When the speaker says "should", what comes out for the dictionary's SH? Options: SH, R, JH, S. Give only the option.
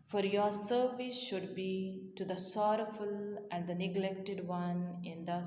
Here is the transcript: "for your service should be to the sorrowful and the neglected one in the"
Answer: SH